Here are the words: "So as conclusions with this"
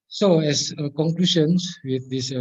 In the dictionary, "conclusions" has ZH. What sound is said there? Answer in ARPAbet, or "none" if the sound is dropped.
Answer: SH